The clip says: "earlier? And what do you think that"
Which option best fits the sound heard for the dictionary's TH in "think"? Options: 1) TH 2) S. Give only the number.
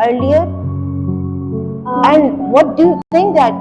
2